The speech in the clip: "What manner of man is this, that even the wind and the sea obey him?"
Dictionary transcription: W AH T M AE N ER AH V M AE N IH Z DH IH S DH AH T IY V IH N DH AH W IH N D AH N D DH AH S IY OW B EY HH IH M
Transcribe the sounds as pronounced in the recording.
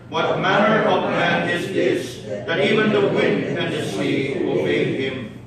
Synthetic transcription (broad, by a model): W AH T M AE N ER AH V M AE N IH Z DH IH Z DH AH T IY V IH N DH AH W IH N D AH N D DH AH S IY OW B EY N IH M